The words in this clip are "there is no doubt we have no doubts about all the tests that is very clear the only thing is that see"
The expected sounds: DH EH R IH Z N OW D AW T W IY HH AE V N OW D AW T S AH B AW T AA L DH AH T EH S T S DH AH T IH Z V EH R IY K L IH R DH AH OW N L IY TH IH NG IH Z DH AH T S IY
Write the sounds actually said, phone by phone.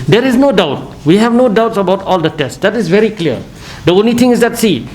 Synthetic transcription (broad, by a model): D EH R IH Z N OW D AW T W IY HH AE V N OW D AW T S AH B AW T AA L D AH T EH S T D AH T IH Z V EH R IY K L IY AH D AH OW N L IY T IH NG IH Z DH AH T S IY